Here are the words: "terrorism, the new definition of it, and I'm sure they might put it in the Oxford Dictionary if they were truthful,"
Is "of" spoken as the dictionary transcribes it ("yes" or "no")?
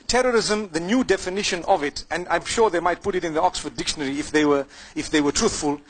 yes